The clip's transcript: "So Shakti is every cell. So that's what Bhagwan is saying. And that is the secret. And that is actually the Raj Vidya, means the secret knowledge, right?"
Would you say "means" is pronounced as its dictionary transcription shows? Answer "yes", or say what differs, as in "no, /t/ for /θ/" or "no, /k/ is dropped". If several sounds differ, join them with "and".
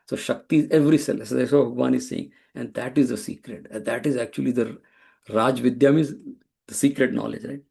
no, /n/ is dropped